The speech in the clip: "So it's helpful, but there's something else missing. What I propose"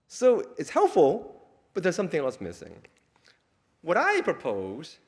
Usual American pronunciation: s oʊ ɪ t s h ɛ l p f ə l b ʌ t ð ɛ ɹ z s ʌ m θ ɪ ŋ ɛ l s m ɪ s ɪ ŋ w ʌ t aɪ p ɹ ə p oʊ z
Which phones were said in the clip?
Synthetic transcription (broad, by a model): s oʊ ɪ t s h ɛ l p f l b ʌ t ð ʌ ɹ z s ʌ m θ ɪ ŋ ɛ l s m ɪ s ɪ ŋ w ʌ t aɪ p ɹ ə p oʊ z